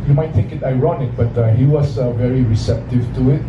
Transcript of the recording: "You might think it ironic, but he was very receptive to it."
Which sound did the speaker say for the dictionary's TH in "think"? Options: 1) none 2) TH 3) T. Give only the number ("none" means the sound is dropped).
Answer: 3